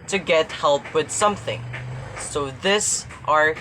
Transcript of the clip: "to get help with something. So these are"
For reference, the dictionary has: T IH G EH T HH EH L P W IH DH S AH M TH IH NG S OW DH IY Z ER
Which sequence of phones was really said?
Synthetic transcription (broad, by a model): T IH G EH T HH EH L P W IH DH S AH M TH IH NG S OW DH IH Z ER